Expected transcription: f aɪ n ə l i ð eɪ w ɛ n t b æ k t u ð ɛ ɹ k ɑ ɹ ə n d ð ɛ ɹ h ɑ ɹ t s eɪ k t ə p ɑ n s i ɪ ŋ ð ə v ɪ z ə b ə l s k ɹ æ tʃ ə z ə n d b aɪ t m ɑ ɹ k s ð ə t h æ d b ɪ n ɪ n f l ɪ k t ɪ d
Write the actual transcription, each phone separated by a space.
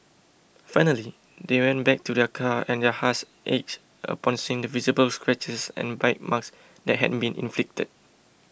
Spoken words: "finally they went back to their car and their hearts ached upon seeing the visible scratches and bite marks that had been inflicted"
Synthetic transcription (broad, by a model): f aɪ n ə l i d eɪ w ɛ n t b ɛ k t u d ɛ k ɑ ə n d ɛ h ɑ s t eɪ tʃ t ə p ɑ n s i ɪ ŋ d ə v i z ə b ə l s k ɹ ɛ tʃ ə s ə n b aɪ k m ɑ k s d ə t h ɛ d b ɪ n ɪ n f l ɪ k t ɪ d